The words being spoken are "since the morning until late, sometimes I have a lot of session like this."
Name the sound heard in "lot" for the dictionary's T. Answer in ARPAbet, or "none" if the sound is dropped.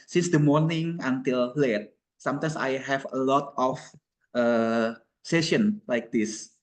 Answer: T